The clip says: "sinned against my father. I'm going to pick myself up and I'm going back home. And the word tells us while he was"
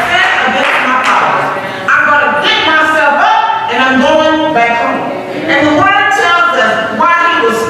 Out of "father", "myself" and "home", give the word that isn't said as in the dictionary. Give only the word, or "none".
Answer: father